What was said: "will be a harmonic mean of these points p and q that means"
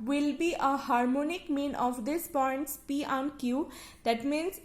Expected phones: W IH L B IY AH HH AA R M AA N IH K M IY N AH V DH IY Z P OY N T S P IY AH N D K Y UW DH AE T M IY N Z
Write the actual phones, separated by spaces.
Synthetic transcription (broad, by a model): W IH L B IY AH HH AA R M AA N IH K M IY N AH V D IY S P OY N T S P IY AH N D K Y UW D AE T M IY N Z